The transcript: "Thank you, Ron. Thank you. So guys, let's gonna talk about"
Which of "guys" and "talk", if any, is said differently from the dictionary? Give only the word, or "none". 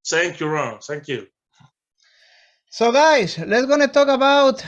guys